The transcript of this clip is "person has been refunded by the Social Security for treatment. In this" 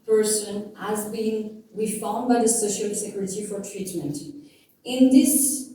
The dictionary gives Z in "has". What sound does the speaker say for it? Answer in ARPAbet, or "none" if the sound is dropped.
Z